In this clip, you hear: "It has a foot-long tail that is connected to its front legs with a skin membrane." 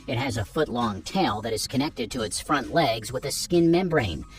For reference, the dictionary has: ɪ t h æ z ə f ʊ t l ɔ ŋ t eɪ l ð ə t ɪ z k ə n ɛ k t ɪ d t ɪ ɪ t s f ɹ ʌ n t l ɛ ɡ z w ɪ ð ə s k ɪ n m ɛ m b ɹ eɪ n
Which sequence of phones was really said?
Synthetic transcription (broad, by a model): ɪ t h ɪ z ə f ʊ t l ɔ ŋ t eɪ l ð ə t ɪ z k ə n ɛ k t ɪ d t ɪ ɪ t s f ɹ ʌ n t l ɛ ɡ z w ɪ ð ə s k ɪ n m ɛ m b ɹ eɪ n